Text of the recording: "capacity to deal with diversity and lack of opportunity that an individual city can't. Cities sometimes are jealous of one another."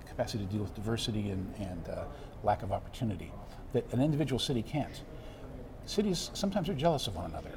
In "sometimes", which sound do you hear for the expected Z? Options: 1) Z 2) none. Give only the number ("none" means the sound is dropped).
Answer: 1